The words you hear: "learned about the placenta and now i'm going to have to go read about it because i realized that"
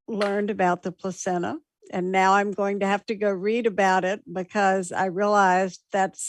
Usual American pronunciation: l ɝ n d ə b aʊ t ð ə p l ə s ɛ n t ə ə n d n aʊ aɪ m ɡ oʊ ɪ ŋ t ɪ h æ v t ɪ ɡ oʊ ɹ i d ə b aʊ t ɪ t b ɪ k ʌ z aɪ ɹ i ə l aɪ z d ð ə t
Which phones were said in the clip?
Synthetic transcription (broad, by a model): l ɝ n d ə b aʊ t ð ə p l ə s ɛ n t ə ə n n aʊ aɪ m ɡ oʊ ɪ ŋ t ɪ h æ f t ɪ ɡ oʊ ɹ i d ə b aʊ t ɪ t b ɪ k ʌ z aɪ ɹ i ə l aɪ z ð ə t